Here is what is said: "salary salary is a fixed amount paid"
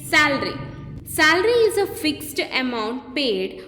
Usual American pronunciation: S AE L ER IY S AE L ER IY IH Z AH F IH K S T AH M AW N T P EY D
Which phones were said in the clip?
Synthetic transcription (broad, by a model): S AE L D IY S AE L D IY IH Z AH F IH K S T AH M AW N T P EY D